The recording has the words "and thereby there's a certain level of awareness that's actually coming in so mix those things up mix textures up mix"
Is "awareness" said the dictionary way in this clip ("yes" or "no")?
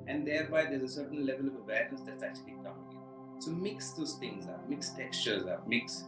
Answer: no